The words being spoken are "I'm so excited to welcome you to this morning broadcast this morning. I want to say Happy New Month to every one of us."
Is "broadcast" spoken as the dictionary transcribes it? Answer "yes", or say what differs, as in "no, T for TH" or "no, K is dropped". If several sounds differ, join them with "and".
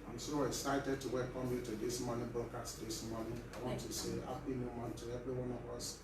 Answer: no, R is dropped